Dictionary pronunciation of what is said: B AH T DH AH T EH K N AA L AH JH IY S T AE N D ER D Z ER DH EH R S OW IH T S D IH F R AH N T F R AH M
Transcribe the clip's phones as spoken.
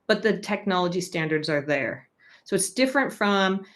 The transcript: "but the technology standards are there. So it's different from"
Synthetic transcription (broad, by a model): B AH T DH AH T EH K N AA L AH JH IY S T AE N D ER D Z ER DH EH R S OW IH T S D IH F R AH N T F R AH M